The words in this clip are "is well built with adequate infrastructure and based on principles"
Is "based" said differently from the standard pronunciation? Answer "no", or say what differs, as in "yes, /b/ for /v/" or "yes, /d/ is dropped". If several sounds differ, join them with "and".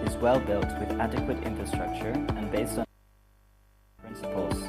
no